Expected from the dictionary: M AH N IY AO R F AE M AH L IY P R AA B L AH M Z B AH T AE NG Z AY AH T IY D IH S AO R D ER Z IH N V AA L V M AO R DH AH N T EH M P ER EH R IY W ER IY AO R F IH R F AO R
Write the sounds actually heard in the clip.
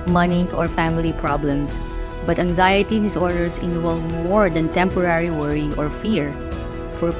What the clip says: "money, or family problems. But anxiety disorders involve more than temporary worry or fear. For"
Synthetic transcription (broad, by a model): M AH N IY AO R F AE M AH L IY P R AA B L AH M S B AH T AE NG Z AY AH T IY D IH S AO R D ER S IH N W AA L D M AO R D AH N T EH M P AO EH R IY W ER IY AO R F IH R F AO R